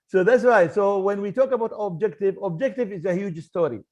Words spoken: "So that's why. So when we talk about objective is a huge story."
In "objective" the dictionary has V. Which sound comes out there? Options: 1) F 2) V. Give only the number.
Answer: 2